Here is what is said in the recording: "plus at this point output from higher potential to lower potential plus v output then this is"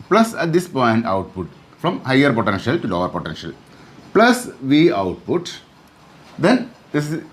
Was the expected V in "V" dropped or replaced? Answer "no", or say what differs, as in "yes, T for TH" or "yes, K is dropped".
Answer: no